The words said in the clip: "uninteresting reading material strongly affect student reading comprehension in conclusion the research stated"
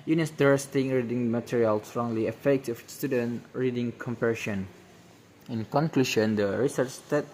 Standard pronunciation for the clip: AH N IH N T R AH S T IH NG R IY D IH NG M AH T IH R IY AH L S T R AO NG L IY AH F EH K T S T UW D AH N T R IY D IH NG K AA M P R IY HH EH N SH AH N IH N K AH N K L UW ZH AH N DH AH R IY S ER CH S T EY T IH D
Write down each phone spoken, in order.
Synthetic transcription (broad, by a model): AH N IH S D R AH S T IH NG R IY D IH NG M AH T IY R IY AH L S T R AO NG L IY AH F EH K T S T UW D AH N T R IY D IH NG K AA M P IY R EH SH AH N IH N K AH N K L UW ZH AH N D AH R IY S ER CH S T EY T